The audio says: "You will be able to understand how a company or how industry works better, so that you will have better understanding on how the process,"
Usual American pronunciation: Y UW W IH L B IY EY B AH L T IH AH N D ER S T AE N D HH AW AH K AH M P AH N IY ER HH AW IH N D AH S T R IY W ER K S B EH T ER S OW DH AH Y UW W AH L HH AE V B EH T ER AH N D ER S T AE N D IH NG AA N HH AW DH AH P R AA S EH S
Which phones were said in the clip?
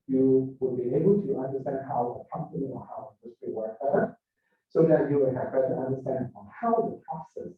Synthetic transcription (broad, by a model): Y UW W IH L B IY EY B L T IH AH N D ER S T AE N D HH AW AH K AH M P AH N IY ER HH AW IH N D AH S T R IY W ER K B EH T ER S OW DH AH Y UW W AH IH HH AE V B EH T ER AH N D ER S T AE N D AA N HH AW DH AH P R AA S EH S